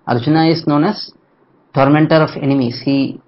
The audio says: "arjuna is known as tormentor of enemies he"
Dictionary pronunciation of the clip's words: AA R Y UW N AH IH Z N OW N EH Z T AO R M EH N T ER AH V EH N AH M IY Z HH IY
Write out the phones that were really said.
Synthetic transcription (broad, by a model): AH R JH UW N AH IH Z N OW N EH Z T AO R M EH N T ER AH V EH N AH M IY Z HH IY